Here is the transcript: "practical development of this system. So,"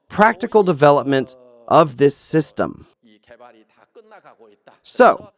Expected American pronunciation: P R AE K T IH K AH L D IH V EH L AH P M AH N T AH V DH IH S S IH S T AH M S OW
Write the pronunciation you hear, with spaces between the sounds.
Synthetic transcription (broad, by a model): P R AE K T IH K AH L D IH V EH L AH P M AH N T AH V DH IH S S IH S T AH M S OW